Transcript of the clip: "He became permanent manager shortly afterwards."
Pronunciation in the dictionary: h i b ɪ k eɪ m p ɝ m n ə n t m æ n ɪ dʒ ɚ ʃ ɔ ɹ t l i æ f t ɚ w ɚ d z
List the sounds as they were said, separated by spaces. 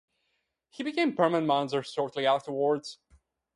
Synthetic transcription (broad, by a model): h i b ɪ k eɪ m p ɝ m ə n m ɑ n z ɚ s ɔ ɹ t l i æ f t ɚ w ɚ d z